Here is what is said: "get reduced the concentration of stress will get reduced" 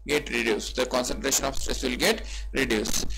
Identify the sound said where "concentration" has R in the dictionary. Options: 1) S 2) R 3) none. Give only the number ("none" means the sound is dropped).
2